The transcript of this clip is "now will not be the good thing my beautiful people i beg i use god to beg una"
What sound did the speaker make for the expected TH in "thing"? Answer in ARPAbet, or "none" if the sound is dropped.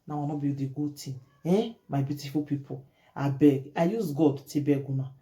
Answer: T